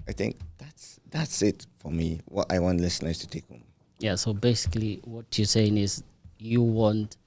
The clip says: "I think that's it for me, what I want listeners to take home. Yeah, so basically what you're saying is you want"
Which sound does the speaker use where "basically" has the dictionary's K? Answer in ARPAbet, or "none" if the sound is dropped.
K